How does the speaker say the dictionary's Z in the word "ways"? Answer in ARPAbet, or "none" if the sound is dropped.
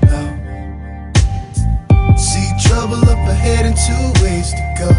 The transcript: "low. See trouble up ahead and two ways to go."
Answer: S